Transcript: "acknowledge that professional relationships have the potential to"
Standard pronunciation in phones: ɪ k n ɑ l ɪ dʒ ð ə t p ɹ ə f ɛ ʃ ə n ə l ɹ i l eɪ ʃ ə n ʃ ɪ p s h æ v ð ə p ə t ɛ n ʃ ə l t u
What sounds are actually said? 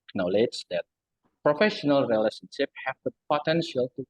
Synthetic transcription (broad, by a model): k n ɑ l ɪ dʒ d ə t p ɹ ə f ɛ ʃ ə n ə l ɹ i l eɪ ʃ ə n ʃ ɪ p h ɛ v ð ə p ə t ɛ n ʃ ə l t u